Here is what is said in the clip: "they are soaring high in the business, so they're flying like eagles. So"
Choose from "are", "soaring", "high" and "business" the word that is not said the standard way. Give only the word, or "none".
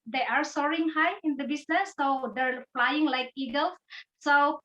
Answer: business